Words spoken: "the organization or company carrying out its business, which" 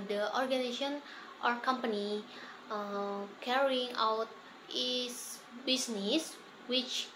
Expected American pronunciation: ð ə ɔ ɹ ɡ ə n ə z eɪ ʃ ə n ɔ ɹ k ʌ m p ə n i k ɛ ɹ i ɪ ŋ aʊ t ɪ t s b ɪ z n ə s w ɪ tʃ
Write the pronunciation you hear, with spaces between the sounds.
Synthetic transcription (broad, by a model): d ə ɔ ɹ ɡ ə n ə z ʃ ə n ɔ ɹ k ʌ m p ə n i k ɛ ɹ i ɪ ŋ aʊ t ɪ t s b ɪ s n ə s w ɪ tʃ